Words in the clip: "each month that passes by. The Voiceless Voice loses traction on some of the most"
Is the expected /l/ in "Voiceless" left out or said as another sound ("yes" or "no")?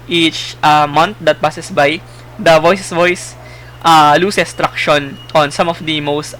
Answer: yes